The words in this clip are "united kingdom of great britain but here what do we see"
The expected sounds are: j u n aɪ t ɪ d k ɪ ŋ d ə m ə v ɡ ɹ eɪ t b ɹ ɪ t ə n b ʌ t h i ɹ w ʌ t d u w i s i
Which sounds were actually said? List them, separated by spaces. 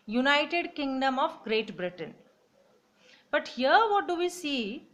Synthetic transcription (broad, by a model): j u n aɪ t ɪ d k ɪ ŋ d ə m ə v ɡ ɹ eɪ t b ɹ ɪ t ə n b ʌ t h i ɹ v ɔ t d u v i s i